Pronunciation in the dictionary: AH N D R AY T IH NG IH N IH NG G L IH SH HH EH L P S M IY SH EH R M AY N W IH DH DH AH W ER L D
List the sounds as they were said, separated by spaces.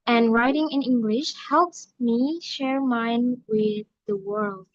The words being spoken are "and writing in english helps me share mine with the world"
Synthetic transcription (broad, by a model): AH N R AY T IH NG IH N IH NG G L IH SH HH EH L P S M IY SH EH R M AY N W IH DH DH AH W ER L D